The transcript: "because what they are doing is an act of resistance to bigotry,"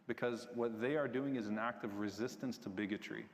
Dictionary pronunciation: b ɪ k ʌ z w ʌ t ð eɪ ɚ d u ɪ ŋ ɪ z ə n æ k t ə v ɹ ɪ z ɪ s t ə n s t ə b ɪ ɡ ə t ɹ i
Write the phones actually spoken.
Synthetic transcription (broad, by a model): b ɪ k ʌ z w ʌ t ð eɪ ɚ d u ɪ ŋ ɪ z n æ k t ə v ɹ ɪ z ɪ s t ə n s t ə b ɪ ɡ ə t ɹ i